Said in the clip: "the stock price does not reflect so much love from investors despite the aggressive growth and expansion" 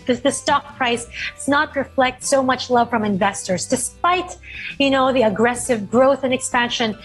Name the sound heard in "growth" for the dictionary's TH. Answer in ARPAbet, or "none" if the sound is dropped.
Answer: TH